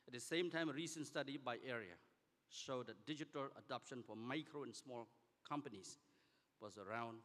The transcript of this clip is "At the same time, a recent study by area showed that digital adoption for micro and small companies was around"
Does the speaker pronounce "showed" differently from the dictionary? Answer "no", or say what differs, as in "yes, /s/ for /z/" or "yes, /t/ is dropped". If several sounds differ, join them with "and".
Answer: no